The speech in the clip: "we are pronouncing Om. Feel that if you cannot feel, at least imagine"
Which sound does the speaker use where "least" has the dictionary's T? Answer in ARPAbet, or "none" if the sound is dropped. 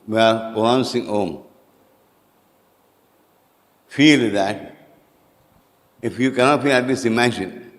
none